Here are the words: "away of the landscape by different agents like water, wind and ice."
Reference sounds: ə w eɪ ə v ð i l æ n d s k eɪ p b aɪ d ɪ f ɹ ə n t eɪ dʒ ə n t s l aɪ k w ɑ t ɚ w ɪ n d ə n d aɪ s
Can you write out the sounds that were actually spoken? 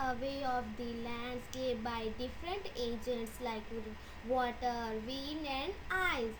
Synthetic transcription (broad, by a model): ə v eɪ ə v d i l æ n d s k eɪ b aɪ d ɪ f ɹ ə n t eɪ dʒ ə n t s l aɪ k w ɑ t ɚ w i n ə n d aɪ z